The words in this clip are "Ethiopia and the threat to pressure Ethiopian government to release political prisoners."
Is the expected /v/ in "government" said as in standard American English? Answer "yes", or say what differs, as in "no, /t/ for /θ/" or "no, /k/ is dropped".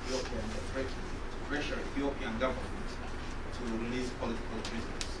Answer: yes